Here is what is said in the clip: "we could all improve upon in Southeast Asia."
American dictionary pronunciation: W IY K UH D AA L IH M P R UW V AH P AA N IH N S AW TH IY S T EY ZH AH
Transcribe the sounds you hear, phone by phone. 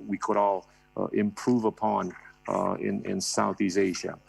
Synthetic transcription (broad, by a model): W IY K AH D AA L IH M P R UW V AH P AA N IH N S AW TH IY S EY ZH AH